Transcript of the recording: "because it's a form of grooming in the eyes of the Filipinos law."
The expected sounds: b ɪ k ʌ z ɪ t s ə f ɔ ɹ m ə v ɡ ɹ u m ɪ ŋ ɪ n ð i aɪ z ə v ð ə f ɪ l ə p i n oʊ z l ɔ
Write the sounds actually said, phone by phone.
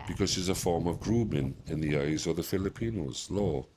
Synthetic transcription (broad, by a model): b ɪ k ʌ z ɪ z ə f ɔ ɹ m ə v ɡ ɹ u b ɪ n ɪ n ð i aɪ z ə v ð ə f ɪ l ə p i n oʊ z l ɔ